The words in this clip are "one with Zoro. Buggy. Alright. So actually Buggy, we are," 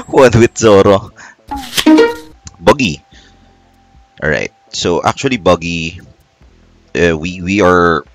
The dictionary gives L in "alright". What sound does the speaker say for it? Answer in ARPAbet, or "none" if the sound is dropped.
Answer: none